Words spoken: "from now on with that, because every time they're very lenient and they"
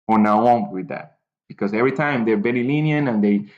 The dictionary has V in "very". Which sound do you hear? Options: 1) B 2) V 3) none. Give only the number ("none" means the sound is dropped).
1